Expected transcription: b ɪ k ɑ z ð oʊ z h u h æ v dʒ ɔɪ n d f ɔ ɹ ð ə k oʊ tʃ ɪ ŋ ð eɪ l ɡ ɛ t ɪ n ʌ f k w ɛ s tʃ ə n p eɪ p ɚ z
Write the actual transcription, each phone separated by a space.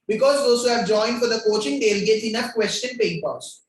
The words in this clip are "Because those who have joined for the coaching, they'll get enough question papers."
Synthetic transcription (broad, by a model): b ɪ k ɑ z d oʊ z h u h æ v dʒ ɔɪ n d f ɔ ɹ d ə k oʊ tʃ ɪ ŋ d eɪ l ɡ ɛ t ɪ n ʌ f k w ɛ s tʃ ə n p eɪ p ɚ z